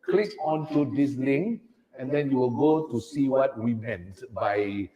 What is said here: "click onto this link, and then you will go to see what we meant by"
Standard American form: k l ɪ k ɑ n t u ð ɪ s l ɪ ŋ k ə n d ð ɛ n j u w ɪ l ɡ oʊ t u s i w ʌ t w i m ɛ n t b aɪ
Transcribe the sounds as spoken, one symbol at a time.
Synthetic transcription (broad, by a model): k l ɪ k ɑ n t u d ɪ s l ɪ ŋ ə n d ɛ n j u w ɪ l ɡ oʊ t u s i w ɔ t w i m ɛ n t b aɪ